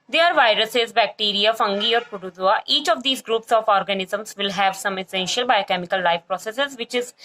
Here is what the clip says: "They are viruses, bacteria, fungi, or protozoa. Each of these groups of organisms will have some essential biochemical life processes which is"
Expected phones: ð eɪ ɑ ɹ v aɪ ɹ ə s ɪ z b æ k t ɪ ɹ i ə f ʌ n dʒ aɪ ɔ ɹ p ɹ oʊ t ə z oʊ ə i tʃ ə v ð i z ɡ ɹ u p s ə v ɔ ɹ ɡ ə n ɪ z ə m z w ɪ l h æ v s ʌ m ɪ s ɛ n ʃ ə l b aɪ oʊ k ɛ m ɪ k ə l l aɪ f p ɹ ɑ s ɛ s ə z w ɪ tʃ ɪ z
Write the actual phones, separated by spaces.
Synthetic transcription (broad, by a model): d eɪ ɑ ɹ v aɪ ɹ ə s ɪ z b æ k t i ɹ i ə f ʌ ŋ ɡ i ɔ ɹ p ʊ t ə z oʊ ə i tʃ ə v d i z ɡ ɹ u p s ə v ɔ ɹ ɡ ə n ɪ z ə m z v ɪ l h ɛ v s ʌ m ɪ s ɛ n ʃ ə l b aɪ k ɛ m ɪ k ə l l aɪ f p ɹ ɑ s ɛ s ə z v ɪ tʃ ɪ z